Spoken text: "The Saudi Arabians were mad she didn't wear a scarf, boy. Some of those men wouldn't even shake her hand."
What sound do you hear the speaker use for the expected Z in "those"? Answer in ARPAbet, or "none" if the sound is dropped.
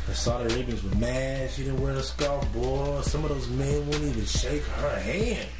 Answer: Z